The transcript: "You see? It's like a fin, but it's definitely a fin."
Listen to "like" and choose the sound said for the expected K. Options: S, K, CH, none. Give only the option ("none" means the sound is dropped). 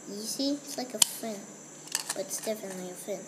K